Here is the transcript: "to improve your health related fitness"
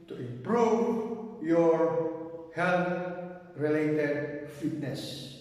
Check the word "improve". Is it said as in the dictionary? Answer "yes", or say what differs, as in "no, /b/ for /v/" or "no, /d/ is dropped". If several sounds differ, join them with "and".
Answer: no, /m/ is dropped